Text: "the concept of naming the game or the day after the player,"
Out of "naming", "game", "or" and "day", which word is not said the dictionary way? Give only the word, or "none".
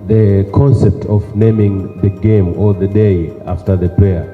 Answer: or